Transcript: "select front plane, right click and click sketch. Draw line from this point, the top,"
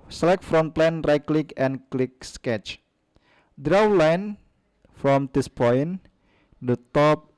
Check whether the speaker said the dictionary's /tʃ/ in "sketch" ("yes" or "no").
yes